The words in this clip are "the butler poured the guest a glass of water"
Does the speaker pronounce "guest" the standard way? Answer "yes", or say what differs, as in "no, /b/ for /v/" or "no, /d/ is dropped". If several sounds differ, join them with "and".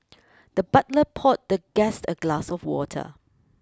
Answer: yes